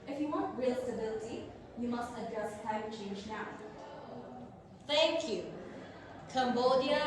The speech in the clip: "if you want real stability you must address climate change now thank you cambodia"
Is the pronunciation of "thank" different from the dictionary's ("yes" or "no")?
yes